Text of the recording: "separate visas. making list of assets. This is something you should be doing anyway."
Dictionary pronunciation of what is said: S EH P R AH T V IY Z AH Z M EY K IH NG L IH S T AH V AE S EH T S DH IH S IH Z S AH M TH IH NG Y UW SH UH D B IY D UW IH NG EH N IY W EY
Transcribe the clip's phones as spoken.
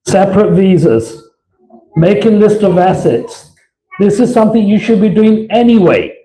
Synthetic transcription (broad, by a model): S EH P R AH T V IY Z AH Z M EY K IH NG L IH S T AH V AE S EH T S DH IH S IH Z S AH M TH IH NG Y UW SH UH D B IY D UW IH NG EH N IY W EY